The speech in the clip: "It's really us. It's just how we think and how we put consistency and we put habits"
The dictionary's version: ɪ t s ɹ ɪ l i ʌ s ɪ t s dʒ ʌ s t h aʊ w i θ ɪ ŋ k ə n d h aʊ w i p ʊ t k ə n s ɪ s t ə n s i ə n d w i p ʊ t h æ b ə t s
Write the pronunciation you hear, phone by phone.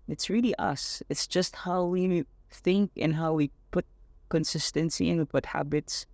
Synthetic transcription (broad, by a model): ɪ t s ɹ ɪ l i ʌ s ɪ t s dʒ ʌ s t h aʊ w i θ ɪ ŋ k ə n h aʊ w i p ʊ t k ə n s ɪ s t ə n s i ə n w i p ʊ t h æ b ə t s